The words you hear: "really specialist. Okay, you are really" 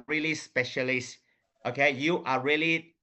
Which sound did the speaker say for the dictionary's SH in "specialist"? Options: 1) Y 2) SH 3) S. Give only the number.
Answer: 2